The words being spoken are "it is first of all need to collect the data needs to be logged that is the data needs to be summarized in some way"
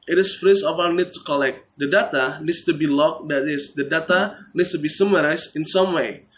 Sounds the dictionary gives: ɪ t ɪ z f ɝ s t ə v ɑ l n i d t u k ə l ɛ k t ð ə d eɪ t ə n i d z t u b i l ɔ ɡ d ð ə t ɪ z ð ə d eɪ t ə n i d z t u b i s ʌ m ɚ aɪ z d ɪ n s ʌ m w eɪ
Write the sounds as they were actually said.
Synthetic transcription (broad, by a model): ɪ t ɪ s f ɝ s ə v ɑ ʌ n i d t u k ə l ɛ k t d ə d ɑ t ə n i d s t u b i l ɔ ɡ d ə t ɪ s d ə d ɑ t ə n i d s t u b i s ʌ m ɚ aɪ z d ɪ n s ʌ m w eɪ